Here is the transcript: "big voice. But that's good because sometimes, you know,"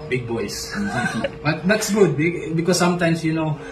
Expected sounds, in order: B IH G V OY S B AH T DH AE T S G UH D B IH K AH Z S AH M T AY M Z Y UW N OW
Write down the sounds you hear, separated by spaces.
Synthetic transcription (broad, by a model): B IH G B OY S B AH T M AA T S G UH D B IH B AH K S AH M T AY M S Y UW N OW